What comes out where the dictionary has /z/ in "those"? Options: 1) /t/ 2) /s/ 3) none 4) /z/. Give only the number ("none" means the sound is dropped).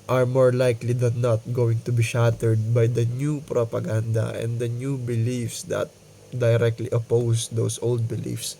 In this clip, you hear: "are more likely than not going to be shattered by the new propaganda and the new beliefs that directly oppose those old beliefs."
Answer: 2